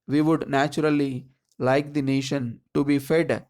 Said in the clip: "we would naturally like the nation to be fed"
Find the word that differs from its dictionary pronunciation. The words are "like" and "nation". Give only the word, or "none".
none